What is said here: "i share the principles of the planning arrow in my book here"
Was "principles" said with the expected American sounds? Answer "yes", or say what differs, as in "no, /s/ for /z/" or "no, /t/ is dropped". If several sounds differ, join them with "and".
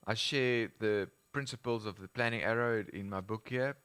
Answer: yes